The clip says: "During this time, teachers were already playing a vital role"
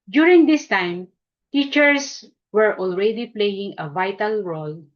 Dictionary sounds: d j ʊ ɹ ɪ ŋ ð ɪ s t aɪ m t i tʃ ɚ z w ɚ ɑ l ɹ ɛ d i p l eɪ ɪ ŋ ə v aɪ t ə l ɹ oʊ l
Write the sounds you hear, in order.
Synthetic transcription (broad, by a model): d j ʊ ɹ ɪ ŋ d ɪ s t aɪ m t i tʃ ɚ s w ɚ ɑ l ɹ ɛ d i p l eɪ ɪ ŋ ə v aɪ t ə l ɹ oʊ l